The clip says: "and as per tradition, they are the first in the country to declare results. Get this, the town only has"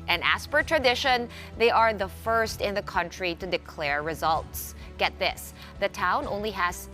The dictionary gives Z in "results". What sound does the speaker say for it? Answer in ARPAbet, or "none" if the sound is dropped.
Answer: Z